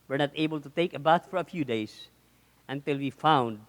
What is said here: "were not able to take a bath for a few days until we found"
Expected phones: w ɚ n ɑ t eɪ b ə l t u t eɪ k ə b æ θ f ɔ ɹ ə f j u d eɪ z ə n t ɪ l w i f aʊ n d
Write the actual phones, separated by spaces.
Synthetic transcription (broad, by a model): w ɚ n ɑ t eɪ b ə l t u t eɪ k ə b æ t f ɔ ɹ ə f j u d eɪ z ə n t ɪ l w i f aʊ n d